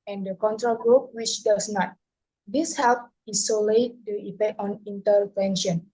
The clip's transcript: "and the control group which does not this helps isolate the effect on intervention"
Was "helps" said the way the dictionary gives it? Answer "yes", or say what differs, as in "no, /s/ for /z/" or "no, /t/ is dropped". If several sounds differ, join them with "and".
no, /s/ is dropped